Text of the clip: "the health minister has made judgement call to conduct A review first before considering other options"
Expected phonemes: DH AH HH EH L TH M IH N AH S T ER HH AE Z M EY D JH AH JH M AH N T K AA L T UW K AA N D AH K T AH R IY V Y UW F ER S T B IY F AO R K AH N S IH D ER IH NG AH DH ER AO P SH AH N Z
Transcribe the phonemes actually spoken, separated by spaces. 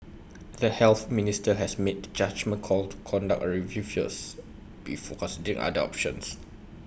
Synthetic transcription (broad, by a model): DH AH HH EH L TH M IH N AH S T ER HH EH S M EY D JH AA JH M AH N K AA L T UW K AA N D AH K AH R IY V Y UW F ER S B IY F AO K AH N S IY D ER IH NG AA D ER AO P SH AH N S